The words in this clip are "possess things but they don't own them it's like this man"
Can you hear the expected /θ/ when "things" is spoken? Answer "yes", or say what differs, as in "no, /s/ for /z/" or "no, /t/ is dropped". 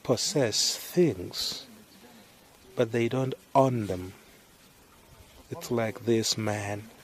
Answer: yes